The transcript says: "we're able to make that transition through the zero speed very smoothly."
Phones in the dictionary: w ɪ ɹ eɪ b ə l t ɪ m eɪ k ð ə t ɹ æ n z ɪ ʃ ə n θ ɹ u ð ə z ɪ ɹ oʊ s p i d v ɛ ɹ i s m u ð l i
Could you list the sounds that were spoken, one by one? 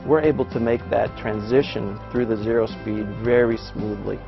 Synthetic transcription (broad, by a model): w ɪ ɹ eɪ b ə l t ɪ m eɪ k ð ə t ɹ æ n z ɪ ʃ ə n θ ɹ u ð ə z ɪ ɹ oʊ s p i d v ɛ ɹ i s m u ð l i